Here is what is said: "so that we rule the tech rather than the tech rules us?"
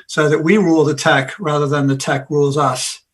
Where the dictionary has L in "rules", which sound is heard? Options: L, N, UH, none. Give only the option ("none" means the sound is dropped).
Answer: L